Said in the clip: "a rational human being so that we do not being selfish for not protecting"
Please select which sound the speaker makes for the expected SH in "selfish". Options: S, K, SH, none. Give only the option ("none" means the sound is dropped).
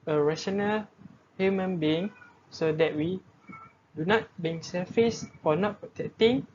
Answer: S